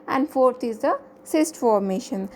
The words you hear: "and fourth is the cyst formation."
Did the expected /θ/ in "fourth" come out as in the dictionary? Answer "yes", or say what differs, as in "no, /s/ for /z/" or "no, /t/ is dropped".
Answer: no, /t/ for /θ/